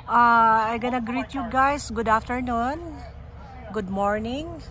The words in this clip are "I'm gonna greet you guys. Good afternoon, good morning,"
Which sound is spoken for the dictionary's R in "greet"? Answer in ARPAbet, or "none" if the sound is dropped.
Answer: R